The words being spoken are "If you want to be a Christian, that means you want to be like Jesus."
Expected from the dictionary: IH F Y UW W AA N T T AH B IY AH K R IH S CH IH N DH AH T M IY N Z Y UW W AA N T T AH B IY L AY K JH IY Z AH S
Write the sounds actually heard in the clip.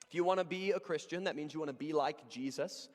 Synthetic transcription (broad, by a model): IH F Y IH W AA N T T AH B IY AH K R IH S CH IH N DH AH T M IY N Z Y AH W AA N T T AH B IY L AY K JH IY Z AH S